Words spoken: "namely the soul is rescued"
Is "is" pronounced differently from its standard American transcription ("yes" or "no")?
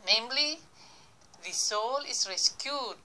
yes